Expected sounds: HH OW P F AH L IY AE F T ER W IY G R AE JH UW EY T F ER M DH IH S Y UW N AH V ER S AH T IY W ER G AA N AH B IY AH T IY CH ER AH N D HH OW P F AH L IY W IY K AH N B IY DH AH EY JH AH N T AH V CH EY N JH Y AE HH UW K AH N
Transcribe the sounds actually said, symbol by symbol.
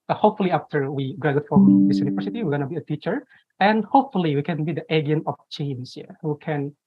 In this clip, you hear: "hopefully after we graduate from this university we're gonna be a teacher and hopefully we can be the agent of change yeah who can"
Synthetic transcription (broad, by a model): HH OW P F L IY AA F T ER W IY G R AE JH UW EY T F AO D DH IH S Y UW N AH V ER S AH T IY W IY G AA N AH B IY AH T IY CH ER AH N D HH OW P F AH L IY W IY K AH N B IY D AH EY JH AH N AH F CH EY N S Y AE HH UW K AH N